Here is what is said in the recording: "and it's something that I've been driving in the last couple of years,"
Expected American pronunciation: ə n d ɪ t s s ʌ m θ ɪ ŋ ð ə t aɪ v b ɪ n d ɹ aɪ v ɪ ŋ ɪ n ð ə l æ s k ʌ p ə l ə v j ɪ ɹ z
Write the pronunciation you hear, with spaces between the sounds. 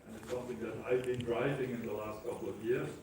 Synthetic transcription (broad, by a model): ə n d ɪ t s s ʌ m θ ɪ ŋ ð ə t aɪ v b ɪ n d ɹ aɪ v ɪ ŋ ɪ n ð ə l æ s k ʌ p l ə v j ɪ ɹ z